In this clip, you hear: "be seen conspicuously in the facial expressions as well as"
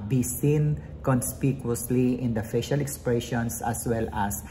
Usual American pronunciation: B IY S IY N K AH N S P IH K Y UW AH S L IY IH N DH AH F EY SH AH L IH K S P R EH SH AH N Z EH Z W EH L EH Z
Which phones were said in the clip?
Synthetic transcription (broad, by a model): B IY S IY N K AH N S P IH K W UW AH S L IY IH N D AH F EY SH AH L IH K S P R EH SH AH N S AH S W EH L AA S